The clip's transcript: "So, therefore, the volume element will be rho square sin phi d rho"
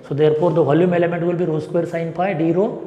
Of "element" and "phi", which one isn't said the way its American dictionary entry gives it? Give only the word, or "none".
phi